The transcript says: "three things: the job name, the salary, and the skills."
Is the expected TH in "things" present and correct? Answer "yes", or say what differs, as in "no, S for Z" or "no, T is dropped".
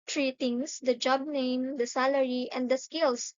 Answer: no, T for TH